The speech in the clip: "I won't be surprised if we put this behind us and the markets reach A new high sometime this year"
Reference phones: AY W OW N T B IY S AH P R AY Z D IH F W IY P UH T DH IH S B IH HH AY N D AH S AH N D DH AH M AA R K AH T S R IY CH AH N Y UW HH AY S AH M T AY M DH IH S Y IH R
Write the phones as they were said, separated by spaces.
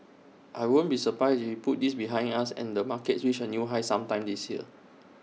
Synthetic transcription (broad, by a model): AY W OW N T B IY S AH P R AY S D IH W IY P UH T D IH S B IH HH AY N AA S AH N D AH M AA K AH T S W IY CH AH N Y UW HH AY S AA M T AY M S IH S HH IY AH